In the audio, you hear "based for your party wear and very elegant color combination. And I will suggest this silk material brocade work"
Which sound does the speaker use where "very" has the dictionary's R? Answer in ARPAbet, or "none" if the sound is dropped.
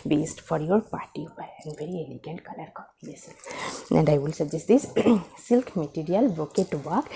R